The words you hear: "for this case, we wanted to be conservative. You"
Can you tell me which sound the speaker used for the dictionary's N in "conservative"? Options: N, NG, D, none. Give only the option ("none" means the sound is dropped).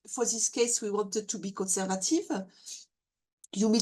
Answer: N